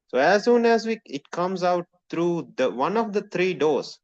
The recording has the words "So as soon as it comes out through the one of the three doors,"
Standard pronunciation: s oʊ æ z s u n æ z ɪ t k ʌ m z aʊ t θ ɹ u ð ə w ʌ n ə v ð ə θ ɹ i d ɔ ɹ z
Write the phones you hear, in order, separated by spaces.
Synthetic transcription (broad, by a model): s oʊ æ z s u n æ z ɪ t k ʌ m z aʊ t t ɹ u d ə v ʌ n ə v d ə t ɹ i d ɔ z